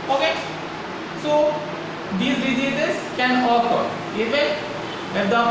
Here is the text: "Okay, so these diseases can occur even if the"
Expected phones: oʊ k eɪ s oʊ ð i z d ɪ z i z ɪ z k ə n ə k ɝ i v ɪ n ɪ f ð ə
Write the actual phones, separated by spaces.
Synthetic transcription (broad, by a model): oʊ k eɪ s oʊ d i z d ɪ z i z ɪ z k ə n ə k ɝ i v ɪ ɪ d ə